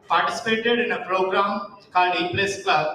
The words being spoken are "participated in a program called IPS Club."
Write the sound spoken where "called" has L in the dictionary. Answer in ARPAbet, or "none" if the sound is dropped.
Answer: none